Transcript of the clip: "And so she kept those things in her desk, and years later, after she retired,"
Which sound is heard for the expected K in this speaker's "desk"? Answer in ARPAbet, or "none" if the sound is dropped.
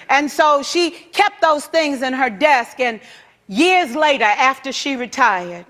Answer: K